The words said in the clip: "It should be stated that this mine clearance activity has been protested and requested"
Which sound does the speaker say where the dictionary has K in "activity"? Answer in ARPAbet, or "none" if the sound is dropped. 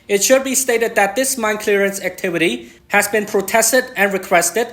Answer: K